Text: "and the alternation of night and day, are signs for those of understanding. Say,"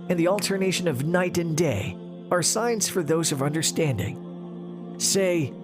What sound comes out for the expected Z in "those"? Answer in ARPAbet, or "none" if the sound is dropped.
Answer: Z